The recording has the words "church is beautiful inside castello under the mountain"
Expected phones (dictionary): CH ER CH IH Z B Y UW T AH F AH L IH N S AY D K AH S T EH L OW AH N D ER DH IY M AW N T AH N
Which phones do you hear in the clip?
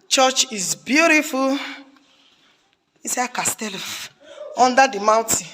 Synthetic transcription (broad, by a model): CH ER CH IH Z B Y UW T AH F AH L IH S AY K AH S T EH L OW N D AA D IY M AW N T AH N